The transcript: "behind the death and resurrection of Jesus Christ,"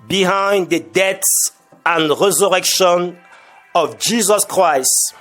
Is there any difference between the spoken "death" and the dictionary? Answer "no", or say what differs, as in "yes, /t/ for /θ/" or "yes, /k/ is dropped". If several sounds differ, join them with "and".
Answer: yes, /s/ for /θ/